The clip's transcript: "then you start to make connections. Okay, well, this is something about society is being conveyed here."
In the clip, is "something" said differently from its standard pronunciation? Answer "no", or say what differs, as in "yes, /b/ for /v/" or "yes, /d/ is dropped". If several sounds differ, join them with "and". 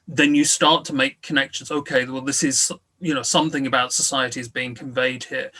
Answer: no